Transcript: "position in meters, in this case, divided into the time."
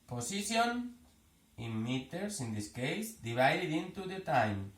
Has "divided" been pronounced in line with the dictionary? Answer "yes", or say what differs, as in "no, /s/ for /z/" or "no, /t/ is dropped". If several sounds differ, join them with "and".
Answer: no, /b/ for /v/